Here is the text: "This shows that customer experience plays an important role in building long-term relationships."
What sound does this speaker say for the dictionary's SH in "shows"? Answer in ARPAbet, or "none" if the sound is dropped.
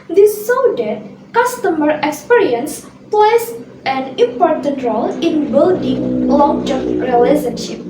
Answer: S